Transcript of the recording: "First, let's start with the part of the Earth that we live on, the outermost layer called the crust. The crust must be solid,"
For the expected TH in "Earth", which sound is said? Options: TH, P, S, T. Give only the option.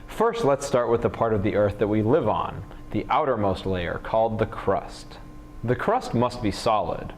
TH